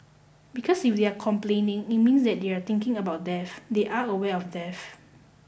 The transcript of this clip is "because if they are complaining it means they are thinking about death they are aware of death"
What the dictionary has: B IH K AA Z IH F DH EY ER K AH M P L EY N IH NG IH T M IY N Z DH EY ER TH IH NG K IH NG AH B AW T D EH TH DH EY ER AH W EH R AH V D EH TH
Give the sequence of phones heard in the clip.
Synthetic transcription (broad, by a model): B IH K AA S IH F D EY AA K AH M P L EY N IH NG IH T M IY N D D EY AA T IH NG K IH NG AH B AW T D EH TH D EY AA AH W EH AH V D EH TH